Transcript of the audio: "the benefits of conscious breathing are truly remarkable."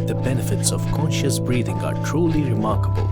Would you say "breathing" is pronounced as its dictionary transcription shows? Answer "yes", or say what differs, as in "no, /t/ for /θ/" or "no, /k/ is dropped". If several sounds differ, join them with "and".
yes